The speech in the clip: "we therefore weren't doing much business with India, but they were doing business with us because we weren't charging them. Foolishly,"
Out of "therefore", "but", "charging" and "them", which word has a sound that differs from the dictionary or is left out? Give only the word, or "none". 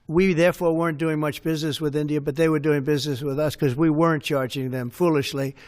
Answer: none